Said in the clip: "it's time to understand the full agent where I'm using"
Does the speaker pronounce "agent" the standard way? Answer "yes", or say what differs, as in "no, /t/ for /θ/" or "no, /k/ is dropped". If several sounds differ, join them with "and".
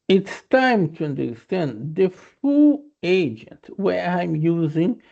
yes